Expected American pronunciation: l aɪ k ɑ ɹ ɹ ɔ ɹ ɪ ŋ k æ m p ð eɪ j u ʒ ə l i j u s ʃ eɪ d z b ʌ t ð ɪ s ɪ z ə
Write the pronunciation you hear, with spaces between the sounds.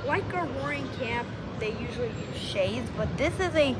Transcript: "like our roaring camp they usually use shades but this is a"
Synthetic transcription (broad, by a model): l aɪ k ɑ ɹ w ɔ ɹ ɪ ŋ k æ p ð eɪ j u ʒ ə l i ʃ eɪ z b ʌ t ð ɪ s ɪ z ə